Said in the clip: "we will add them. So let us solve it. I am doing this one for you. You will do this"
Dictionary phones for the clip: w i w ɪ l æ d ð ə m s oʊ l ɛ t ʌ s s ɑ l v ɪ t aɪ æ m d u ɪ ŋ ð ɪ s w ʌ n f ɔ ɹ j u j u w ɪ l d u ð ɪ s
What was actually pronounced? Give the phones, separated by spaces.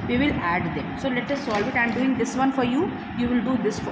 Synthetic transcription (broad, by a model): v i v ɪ l æ d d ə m s oʊ l ɛ t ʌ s s ɑ l v ɪ t aɪ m d u ɪ ŋ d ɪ s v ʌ n f ɔ ɹ j u j u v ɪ l d u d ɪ s